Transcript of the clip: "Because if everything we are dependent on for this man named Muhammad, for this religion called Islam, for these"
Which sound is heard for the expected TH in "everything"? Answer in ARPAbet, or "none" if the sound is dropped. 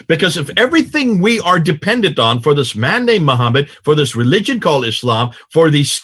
TH